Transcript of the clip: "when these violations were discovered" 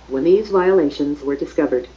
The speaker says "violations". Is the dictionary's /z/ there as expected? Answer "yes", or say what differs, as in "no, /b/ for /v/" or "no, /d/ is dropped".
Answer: yes